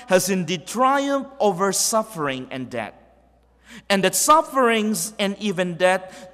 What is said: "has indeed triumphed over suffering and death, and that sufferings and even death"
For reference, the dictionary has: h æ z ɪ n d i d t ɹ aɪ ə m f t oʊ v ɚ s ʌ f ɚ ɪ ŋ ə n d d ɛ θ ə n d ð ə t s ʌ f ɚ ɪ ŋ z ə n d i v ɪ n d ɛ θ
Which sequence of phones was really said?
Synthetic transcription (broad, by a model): h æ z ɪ n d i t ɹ aɪ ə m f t oʊ v ɚ s ʌ f ɚ ɪ ŋ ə n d d ɛ t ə n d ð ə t s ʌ f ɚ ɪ ŋ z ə n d i v ɪ n d ɛ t